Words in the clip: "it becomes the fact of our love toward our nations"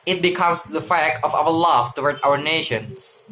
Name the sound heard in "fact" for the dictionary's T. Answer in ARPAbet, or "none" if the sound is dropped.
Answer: none